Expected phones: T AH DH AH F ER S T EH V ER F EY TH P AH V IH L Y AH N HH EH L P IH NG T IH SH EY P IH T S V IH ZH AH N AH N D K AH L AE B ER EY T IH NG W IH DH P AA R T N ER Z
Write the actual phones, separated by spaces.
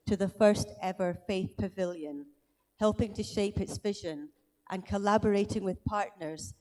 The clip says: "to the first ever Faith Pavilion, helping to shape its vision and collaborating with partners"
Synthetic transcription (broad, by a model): T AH DH AH F ER S T EH V ER F EY TH P AH V IH L Y AH N HH EH L P IH NG T IH SH EY P IH T S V IH ZH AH N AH N K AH L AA B ER EY T IH NG W IH DH P AA R T N ER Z